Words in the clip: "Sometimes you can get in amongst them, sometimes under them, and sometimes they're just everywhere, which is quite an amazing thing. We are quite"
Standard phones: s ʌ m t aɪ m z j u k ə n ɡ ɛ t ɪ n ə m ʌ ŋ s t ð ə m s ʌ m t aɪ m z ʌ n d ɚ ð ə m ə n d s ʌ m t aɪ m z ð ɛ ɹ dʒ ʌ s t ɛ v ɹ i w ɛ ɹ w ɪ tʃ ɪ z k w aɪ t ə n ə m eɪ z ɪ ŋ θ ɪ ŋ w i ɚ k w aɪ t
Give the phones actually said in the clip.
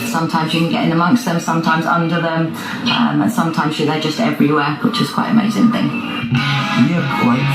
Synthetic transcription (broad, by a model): s ʌ m t aɪ m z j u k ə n ɡ ɛ t ɪ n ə m ʌ ŋ s t ð ə m s ʌ m t aɪ m z ʌ n d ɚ ð ə m ə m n s ʌ m t aɪ m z ð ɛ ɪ dʒ ʌ s t ɛ v ɹ i w ɛ w ɪ tʃ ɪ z k w aɪ t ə ə m eɪ z ɪ ŋ θ ɪ ŋ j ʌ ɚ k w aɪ